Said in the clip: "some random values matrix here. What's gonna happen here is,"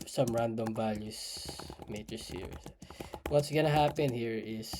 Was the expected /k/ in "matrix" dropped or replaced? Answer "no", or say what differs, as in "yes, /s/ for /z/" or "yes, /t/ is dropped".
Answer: yes, /k/ is dropped